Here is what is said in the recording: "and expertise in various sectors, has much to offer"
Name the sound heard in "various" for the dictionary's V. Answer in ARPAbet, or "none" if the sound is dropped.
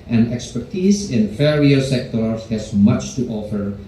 F